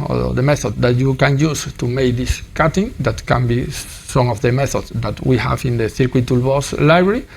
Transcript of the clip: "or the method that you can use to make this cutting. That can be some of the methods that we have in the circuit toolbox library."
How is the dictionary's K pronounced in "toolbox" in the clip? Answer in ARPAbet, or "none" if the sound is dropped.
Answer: none